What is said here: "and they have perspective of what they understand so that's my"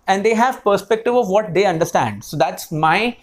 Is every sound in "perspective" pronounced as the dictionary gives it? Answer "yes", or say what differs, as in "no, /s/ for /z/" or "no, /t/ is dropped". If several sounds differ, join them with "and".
yes